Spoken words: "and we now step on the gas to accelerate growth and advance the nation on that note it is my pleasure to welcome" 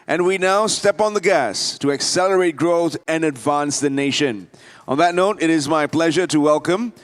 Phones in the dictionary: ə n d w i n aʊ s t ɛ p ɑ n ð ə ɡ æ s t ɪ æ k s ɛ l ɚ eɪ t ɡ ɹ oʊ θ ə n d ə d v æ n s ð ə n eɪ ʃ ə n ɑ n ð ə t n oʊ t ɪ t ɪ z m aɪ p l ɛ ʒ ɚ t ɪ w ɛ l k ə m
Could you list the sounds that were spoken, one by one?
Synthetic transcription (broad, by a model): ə n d w i n aʊ s t ɛ p n ð ə ɡ æ s t ɪ æ k s ɛ l ɚ eɪ t ɡ ɹ oʊ θ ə n ə d v æ n s ð ə n eɪ ʃ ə n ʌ n ð ə t n oʊ t ɪ t ɪ z m aɪ p l ɛ ʒ ɚ t ɪ w ɛ l k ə m